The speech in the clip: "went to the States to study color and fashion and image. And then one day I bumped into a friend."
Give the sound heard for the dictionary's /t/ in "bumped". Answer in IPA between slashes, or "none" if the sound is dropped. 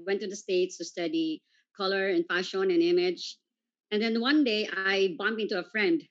none